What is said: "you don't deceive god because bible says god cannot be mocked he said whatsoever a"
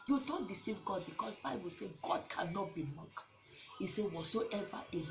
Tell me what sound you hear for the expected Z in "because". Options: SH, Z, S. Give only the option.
S